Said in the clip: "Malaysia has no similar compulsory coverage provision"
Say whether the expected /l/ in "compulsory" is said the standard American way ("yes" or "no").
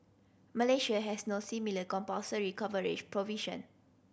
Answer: no